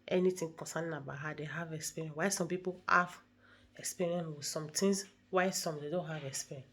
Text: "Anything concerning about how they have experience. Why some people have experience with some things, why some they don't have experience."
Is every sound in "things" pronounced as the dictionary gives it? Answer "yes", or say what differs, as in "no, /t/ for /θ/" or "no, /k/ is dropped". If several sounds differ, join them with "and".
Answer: no, /t/ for /θ/